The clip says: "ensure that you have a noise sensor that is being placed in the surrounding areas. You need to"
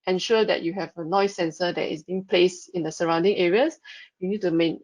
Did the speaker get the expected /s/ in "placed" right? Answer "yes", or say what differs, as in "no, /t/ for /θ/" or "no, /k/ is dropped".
yes